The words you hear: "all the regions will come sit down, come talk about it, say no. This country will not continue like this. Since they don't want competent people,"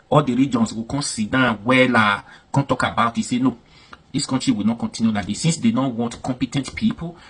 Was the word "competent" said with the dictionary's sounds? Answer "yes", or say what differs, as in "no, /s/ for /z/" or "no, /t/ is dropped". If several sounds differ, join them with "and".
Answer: yes